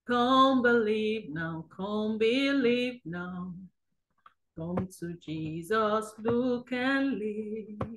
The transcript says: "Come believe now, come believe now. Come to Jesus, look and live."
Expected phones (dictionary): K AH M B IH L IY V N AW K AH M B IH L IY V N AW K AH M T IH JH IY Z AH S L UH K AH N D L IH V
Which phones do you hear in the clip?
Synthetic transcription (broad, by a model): K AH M B IH L IY V N AW K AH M B IH L IY V N AW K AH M T IH JH IY Z AH S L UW K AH N L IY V